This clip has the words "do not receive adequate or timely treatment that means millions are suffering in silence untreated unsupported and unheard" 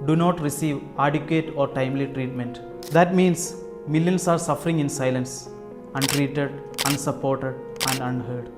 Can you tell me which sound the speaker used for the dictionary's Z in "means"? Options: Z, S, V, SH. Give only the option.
S